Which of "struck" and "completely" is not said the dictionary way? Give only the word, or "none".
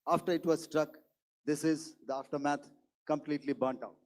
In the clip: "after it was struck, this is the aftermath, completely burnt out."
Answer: none